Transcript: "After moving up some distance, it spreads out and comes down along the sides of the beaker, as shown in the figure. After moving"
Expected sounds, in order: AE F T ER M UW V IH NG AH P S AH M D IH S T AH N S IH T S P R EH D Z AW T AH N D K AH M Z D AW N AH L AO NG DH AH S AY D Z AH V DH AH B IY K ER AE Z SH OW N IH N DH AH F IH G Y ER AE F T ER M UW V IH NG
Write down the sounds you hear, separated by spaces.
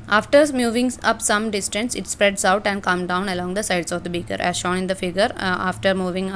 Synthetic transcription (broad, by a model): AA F T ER M UW V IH NG AH P S AH M D IH S T AH N S IH T S P R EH D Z AW T AH N D K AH M D AW N AH L AO NG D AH S AY D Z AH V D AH B IY K ER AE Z SH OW N IH N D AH F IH G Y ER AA F T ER M UW V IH NG